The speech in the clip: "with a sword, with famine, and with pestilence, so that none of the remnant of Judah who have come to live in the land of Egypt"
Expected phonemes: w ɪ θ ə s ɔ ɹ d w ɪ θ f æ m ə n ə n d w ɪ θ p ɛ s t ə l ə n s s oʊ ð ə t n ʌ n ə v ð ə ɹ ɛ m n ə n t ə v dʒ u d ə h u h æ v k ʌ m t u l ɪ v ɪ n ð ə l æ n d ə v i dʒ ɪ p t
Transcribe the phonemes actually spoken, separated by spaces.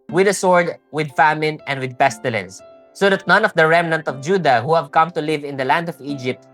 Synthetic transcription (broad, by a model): w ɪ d ə s ɔ ɹ d w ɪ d f æ m ə n ə n d w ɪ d p ɛ s t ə l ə n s s oʊ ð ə t n ʌ n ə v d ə ɹ ɛ m n ə n t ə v dʒ u d ə h u h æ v k ʌ m t u l ɪ v ɪ n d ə l æ n d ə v i dʒ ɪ p t